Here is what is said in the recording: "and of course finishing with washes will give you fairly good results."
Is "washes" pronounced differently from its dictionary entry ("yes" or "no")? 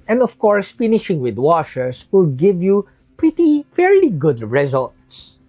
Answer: yes